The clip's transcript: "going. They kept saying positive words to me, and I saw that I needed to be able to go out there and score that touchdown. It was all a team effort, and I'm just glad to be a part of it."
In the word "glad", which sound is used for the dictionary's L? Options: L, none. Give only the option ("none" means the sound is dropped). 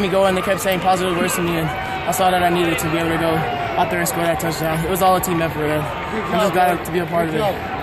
none